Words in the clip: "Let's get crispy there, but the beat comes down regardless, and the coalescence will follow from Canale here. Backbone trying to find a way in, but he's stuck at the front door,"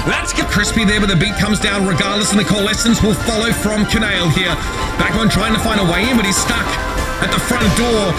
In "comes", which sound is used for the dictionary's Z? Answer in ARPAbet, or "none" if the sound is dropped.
Z